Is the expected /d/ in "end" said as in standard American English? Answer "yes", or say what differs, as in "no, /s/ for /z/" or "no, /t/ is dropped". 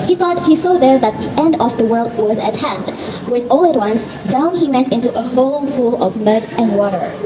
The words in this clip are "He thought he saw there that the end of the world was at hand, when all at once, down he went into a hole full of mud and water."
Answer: yes